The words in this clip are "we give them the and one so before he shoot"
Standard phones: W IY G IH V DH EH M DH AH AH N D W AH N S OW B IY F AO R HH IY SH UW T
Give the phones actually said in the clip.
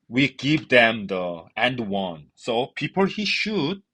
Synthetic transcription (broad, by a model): W IY G IH V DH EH M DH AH AH N D W AH N S OW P IY P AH L HH IY SH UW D